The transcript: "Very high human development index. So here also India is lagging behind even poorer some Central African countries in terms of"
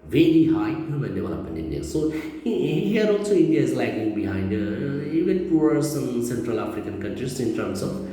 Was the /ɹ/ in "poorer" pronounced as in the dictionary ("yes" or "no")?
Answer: no